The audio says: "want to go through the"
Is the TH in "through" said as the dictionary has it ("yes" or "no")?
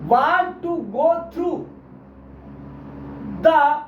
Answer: no